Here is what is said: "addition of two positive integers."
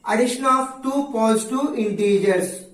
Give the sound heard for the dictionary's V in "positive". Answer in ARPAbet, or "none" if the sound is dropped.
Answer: none